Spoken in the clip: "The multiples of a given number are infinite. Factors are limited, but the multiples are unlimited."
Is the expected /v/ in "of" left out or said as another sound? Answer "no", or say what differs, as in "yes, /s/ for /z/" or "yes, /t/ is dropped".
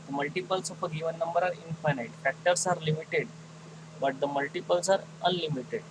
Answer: yes, /p/ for /v/